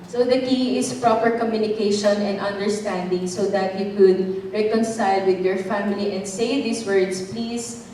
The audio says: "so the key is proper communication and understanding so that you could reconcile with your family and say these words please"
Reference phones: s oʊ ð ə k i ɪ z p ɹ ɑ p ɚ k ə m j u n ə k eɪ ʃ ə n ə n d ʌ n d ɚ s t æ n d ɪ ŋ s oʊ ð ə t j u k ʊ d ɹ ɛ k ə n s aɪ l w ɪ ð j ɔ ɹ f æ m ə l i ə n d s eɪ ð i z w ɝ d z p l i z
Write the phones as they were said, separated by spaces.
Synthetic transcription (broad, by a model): s oʊ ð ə k i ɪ s p ɹ ɑ p ɚ k ə m j u n ə k eɪ ʃ ə n ə n d ʌ n d ɚ s t æ n d ɪ ŋ s oʊ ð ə t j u k ʊ d ɹ ɛ k ə n s aɪ l w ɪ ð j ɔ ɹ f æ m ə l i ə n d s eɪ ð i s w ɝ d s p l i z